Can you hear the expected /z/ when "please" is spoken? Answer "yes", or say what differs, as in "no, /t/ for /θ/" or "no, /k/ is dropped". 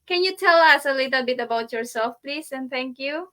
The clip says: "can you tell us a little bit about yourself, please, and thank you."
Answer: no, /s/ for /z/